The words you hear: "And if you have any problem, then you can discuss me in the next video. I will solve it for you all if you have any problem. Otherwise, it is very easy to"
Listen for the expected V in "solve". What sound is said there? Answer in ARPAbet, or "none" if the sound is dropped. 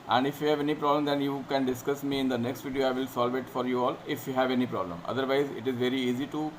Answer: V